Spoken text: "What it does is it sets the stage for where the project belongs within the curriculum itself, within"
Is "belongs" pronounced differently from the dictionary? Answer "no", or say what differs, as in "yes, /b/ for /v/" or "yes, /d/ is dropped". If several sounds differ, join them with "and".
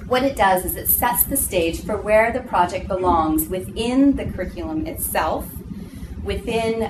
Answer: no